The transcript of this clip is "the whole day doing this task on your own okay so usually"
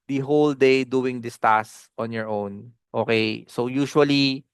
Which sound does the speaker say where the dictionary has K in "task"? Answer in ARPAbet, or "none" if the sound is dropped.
none